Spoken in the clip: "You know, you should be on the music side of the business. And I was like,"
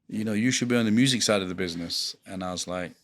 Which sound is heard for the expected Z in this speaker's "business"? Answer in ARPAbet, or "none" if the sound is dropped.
Z